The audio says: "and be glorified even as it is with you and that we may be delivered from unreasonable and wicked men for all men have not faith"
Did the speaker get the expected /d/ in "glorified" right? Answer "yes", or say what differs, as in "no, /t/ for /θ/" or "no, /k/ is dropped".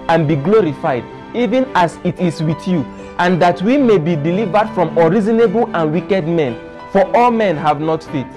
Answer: yes